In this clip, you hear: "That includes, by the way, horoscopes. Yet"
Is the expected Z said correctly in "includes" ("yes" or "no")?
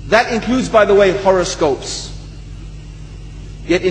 yes